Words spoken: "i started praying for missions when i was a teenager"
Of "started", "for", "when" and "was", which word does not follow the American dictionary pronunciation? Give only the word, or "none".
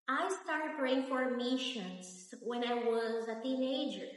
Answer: none